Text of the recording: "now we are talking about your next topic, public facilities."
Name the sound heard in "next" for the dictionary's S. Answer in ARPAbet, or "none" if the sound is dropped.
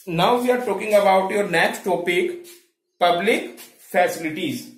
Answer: none